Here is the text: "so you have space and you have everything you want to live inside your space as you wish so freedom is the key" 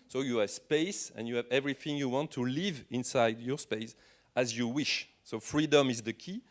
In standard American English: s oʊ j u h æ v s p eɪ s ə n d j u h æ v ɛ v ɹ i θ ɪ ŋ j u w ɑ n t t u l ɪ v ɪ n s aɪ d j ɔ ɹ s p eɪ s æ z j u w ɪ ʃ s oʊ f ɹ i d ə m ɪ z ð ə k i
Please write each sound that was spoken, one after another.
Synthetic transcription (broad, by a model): s oʊ j u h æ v s p eɪ s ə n j u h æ v ɛ v ɹ i θ ɪ ŋ j u w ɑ n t t u l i v ɪ n s aɪ d j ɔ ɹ s p eɪ s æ z j u w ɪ ʃ s oʊ f ɹ i d ə m ɪ z ð ə k i